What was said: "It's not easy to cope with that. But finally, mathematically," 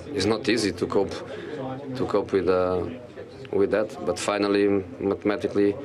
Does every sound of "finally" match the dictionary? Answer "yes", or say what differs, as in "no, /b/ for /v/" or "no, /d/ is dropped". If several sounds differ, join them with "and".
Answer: yes